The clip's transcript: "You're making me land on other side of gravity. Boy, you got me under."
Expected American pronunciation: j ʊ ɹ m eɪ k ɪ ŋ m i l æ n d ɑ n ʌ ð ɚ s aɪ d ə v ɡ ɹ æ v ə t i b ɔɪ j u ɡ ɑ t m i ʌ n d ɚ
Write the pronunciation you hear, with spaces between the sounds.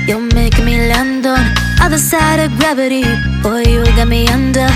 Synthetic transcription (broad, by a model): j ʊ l m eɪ ɪ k m i l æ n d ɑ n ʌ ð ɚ s aɪ d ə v ɡ ɹ æ v ə t i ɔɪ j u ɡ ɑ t m i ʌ n d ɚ